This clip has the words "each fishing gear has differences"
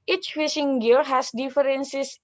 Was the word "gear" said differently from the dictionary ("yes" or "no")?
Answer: yes